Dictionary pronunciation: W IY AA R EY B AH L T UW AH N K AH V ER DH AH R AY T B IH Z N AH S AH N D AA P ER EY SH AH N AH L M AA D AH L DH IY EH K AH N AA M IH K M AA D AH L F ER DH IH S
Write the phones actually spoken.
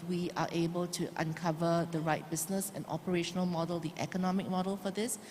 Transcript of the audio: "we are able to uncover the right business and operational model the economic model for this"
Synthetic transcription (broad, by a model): W IY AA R EY B AH L T UW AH N K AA V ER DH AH R AY T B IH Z N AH S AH N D AA P ER EY SH AH N AH L M AA D AH L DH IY EH K AH N AA M IH K M AA D AH L F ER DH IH S